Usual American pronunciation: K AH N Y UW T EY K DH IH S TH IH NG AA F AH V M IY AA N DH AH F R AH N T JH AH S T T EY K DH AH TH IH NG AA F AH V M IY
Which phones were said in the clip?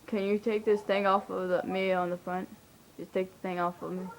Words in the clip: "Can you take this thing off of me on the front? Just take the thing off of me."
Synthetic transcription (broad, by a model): K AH N Y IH T EY K DH IH S TH IH NG AA F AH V M IY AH N DH AH F R AH N T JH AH S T T EY K DH AH TH IH NG AA F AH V M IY